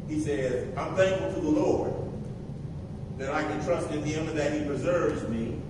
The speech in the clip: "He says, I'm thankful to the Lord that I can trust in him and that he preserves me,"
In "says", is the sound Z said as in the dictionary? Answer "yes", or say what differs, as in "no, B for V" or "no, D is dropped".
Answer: yes